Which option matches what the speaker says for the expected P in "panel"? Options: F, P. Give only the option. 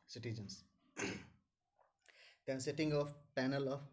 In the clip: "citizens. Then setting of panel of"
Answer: P